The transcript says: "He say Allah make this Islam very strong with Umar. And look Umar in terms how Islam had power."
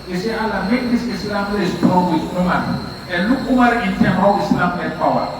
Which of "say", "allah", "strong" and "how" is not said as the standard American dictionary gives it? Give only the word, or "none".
strong